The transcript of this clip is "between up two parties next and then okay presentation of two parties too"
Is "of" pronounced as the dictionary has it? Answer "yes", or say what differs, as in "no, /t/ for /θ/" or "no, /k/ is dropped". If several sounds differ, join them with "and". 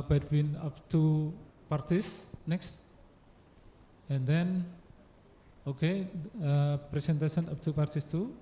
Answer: no, /p/ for /v/